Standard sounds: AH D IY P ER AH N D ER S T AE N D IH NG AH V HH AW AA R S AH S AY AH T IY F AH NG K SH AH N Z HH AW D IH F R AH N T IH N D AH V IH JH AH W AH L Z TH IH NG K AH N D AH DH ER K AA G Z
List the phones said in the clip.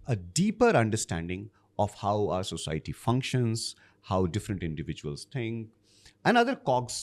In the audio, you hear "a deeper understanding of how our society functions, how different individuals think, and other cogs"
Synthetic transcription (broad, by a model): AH D IY P ER AH N D ER S T AE N D IH NG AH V HH AW AA R S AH S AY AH T IY F AH NG K SH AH N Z HH AW D IH F R AH N T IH N D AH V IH JH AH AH L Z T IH NG K AH N D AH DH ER K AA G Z